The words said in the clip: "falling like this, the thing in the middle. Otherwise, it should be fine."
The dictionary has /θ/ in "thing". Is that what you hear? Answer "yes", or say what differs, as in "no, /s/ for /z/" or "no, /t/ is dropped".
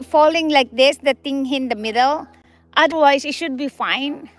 no, /t/ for /θ/